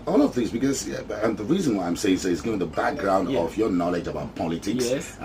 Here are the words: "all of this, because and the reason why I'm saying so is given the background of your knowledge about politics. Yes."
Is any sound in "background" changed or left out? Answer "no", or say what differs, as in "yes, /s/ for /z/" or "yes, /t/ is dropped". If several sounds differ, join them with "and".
no